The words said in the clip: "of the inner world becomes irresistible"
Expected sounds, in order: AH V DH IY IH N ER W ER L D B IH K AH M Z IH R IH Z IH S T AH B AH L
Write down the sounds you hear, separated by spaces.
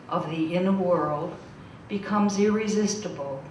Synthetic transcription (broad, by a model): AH V DH IY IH N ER W ER L D B IH K AH M Z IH R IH Z IH S T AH B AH L